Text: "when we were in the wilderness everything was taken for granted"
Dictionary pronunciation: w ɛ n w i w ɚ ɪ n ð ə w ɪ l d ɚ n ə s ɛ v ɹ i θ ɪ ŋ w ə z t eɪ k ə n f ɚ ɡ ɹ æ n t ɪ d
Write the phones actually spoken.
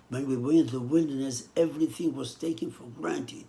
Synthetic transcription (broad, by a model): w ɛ n w i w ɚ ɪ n ð ə w ɪ l d ɚ n ə s ɛ v ɹ i θ ɪ ŋ w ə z t eɪ k ə n f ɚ ɡ ɹ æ n t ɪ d